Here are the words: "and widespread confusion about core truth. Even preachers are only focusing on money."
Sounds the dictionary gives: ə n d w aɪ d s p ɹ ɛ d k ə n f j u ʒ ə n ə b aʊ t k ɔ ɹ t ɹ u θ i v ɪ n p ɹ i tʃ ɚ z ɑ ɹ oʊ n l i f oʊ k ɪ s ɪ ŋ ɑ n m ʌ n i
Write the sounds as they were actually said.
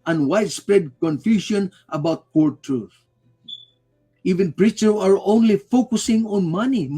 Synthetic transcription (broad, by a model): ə n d w aɪ d s p ɹ ɛ d k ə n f j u ʃ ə n ə b aʊ t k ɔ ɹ t ɹ u θ i v ɪ n p ɹ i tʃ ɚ ɑ ɹ oʊ n l i f oʊ k ɪ s ɪ ŋ ɑ n m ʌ n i